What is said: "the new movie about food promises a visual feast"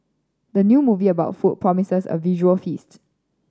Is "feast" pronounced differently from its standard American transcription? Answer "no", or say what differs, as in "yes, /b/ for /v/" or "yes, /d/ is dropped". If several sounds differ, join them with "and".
no